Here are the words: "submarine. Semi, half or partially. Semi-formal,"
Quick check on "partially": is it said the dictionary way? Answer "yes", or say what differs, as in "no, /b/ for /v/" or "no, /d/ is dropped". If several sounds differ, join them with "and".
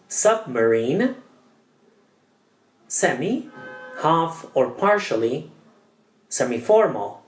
yes